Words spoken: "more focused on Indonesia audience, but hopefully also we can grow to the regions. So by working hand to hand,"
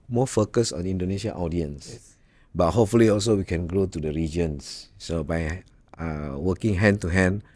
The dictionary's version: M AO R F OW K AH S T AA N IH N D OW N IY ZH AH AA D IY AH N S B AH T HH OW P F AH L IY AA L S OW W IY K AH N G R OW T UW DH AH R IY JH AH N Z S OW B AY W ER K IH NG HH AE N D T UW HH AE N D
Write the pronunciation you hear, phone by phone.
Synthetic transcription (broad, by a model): M AO F OW K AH S AA N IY N D OW N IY SH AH AA D IY AH N S B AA T HH OW P F AH L IY AA L S OW W IY K AH N G R OW T UW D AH R IY JH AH N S S OW B AY W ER K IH NG HH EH N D T UW HH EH N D